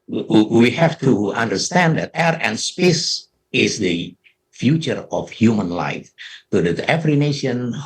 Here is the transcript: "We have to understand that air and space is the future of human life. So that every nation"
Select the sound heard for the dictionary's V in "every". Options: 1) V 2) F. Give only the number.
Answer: 2